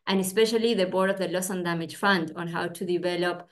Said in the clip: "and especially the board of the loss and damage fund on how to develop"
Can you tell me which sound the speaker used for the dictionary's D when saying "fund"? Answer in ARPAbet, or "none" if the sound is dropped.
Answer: D